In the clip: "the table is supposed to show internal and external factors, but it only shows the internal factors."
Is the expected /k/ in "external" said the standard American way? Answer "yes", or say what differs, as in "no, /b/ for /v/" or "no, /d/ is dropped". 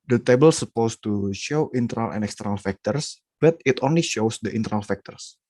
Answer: yes